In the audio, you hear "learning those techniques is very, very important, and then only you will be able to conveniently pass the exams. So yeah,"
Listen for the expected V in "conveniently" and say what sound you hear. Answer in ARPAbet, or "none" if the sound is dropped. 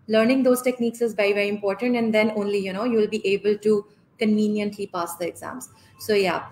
V